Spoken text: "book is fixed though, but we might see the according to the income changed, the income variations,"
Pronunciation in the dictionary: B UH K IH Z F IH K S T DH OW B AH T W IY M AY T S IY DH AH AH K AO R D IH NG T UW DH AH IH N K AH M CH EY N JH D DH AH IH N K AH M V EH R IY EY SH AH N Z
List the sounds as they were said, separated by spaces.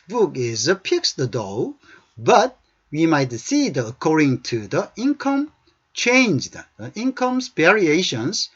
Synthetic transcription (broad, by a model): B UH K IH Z P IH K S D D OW B AH T W IY M AY T S IY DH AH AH K AO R D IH NG T UW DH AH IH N K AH M CH EY N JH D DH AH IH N K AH M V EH R IY EY SH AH N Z